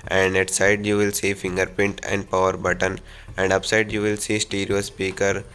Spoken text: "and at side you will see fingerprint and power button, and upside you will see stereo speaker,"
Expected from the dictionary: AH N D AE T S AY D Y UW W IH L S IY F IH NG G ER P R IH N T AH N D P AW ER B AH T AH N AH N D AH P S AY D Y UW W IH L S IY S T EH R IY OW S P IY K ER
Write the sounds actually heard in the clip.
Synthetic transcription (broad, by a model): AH N D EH T S AY D Y UW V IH L S IY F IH NG G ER P IH N T AH N D P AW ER B AH T AH N AH N D AH P S AY D Y UW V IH L S IY S T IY R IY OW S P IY K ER